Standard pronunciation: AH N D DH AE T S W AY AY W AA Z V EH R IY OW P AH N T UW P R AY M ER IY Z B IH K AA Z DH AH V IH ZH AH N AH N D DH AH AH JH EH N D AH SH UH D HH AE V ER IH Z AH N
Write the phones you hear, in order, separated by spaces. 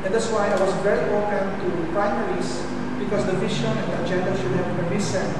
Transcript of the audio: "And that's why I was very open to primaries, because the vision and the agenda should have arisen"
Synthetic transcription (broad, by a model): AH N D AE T S W AY AY W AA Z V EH R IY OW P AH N T UW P R AY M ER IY S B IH K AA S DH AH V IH SH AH N AH N D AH AH JH EH N D AH SH UH D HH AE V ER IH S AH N